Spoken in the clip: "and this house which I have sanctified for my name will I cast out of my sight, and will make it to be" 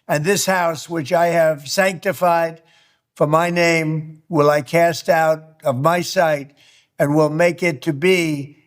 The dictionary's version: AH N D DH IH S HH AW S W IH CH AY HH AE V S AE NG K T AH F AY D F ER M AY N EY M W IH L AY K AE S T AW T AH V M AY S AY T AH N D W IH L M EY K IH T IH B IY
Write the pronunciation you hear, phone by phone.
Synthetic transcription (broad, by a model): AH N DH IH S HH AW S W IH CH AY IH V S AE NG K T AH F AY D F ER M AY N EY M W IH L AY K AE S T AW T AH V M AY S AY T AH N W IH L M EY K IH T IH B IY